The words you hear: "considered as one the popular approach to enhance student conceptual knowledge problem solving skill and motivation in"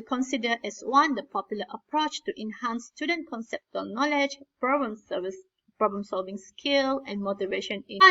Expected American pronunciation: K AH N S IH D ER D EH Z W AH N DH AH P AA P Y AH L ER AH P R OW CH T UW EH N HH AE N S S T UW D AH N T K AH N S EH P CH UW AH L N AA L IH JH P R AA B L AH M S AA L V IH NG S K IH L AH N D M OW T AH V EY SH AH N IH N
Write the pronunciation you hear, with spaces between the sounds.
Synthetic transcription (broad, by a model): K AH N S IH D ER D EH S W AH N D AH P AA P Y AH L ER AH P R OW CH T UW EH N HH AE N S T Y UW D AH N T K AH N S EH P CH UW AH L N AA L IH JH P R AA B L AH M S AA L V IH NG S K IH L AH N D M OW T AH V EY SH AH N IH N